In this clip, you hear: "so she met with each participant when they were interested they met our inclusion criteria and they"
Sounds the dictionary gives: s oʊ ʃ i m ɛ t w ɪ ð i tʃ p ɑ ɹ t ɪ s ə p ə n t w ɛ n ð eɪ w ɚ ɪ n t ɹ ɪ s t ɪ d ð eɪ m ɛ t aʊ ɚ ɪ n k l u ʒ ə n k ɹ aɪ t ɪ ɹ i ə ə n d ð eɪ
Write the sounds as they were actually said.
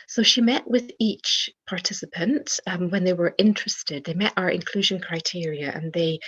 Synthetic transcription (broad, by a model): s oʊ ʃ i m ɛ t w ɪ ð i tʃ p ɑ ɹ t ɪ s ə p ə n t w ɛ n ð eɪ w ɚ ɪ n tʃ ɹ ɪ s t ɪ d ð eɪ m ɛ t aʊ ɚ ɪ n k l u ʒ ə n k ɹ aɪ t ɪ ɹ i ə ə n ð eɪ